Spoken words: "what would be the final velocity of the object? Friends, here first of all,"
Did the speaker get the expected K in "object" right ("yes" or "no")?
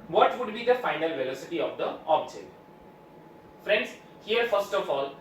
no